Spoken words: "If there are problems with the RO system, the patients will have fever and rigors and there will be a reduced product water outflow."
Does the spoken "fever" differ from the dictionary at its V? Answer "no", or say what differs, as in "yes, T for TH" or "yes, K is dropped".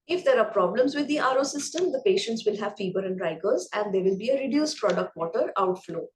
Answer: yes, B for V